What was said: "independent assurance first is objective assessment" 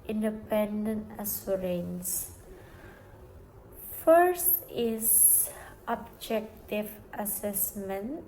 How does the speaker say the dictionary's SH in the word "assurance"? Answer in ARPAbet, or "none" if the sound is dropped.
S